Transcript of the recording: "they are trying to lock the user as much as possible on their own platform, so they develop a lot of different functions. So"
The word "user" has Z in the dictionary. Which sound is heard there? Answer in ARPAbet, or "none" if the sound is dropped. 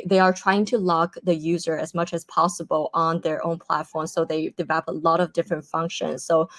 Z